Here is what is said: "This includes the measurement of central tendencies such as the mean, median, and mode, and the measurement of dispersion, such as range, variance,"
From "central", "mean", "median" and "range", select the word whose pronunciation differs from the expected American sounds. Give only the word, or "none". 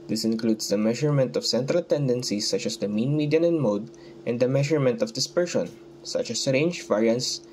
none